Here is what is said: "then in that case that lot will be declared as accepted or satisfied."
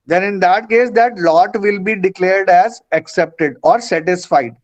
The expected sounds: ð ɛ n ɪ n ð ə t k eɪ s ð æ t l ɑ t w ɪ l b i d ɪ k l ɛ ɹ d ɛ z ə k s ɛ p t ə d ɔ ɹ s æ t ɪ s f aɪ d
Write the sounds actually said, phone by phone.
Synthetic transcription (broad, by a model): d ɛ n ɪ n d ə t k eɪ s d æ t l ɑ t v ɪ l b i d ɪ k l ɛ ɹ d ɛ z ə k s ɛ p t ə d ɔ ɹ s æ t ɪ s f aɪ d